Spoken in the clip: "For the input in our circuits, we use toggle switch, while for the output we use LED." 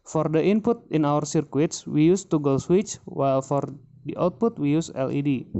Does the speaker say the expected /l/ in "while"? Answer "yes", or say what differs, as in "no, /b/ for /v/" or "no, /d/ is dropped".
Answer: yes